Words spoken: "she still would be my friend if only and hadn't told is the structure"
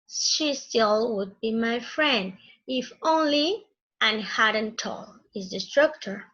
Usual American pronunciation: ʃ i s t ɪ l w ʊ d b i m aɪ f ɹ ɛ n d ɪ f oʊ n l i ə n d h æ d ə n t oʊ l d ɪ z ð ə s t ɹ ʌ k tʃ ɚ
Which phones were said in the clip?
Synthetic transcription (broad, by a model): ʃ i s t ɪ l w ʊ d b i m aɪ f ɹ ɛ n d ɪ f oʊ n l i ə n h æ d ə n t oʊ l ɪ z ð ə s t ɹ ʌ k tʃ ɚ